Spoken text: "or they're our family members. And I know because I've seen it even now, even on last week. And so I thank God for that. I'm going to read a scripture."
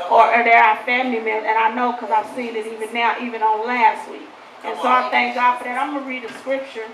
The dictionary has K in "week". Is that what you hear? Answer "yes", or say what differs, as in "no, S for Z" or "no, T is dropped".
no, K is dropped